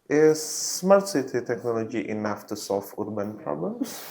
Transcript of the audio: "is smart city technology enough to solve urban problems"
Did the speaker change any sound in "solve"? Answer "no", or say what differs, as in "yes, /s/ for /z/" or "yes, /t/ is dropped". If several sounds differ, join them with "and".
yes, /f/ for /v/